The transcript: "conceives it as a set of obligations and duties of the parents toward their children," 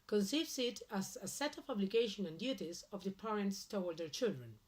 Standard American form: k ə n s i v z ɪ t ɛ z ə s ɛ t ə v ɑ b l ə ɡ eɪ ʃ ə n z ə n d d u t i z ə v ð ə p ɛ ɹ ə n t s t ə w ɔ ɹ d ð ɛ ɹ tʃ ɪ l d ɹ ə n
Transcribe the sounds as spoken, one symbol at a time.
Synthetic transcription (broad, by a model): k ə n s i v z ɪ t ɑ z ə s ɛ t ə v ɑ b l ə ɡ eɪ ʃ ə n ə n d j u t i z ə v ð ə p ɛ ɹ ə n t s t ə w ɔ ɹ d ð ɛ ɹ tʃ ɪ l d ɹ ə n